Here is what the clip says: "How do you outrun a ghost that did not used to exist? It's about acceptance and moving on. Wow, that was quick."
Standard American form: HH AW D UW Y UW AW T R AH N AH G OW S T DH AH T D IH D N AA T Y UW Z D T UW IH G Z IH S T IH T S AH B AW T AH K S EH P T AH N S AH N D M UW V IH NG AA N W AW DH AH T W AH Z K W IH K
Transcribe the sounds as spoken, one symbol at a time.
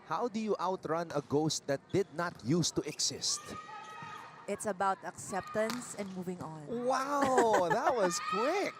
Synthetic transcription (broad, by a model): HH AW D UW Y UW AW T R AH N AH G OW S T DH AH T D IH D N AA T Y UW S T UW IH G S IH S T IH T S AH B AW T AH K S EH P T AH N S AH N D M UW V IH NG AA N W AW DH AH T W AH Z K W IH K